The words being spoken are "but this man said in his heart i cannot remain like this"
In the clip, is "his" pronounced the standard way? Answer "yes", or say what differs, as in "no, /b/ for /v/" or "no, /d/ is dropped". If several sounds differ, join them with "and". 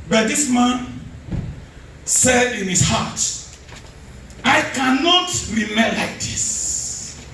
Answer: no, /s/ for /z/